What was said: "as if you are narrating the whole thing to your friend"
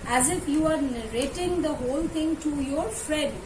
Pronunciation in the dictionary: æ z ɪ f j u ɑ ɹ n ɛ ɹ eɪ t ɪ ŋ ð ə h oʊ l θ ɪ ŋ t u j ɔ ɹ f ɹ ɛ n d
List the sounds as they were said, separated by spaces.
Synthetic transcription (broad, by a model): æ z ɪ f j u ɑ ɹ n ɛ ɹ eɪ t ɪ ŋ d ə h oʊ l t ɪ ŋ t u j ɔ ɹ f ɹ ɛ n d